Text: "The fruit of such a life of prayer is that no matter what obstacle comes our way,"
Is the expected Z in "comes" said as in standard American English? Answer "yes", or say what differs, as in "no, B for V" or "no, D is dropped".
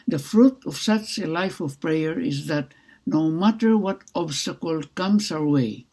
no, S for Z